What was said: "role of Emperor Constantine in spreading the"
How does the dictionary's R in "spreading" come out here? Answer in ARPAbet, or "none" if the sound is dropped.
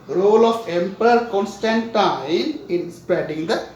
none